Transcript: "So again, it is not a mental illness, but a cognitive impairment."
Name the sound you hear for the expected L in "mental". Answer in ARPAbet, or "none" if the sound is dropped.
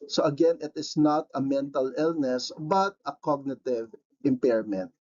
L